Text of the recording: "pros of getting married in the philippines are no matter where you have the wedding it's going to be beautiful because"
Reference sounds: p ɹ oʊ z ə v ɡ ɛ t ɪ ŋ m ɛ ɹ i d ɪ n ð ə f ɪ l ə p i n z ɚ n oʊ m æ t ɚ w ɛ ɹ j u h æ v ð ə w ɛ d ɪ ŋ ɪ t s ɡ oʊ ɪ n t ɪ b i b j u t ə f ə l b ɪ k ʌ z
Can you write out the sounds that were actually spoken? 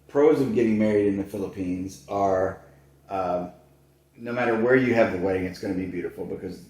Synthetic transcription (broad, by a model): p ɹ oʊ z ə v ɡ ɛ t ɪ ŋ m ɛ ɹ i d ɪ n ð ə f ɪ l ə p i n z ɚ n oʊ m æ t ɚ w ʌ ɹ j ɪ v ð ə w ɛ d ɪ ŋ ɪ t s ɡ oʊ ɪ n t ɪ b i b j u t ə f l b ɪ k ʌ z